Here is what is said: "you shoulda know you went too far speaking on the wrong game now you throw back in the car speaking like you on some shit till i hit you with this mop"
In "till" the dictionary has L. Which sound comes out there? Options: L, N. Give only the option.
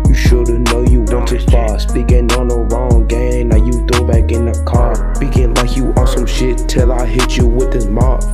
L